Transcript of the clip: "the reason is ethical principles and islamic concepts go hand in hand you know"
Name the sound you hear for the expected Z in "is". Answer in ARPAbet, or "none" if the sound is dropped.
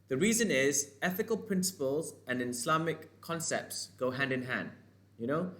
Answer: Z